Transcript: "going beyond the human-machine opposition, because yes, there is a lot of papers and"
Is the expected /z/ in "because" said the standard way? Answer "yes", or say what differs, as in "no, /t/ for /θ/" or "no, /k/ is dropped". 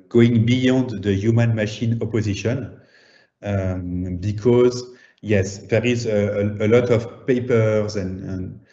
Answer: yes